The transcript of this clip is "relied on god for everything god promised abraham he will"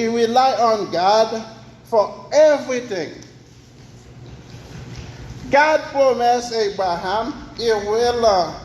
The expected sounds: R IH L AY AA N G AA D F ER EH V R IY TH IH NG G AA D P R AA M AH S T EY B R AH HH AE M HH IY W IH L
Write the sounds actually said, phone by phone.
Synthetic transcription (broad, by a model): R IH L AY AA N G AA D F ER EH V R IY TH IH NG G AA D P R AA M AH S EY B R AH HH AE M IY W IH L